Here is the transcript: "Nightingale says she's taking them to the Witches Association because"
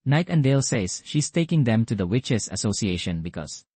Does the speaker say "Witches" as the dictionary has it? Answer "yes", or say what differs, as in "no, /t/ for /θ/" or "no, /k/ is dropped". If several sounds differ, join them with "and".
no, /s/ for /z/